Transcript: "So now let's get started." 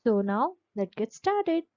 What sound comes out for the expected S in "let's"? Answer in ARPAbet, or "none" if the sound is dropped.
none